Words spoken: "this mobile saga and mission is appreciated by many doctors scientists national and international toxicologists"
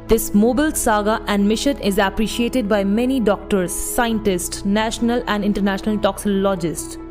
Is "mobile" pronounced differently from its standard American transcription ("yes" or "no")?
no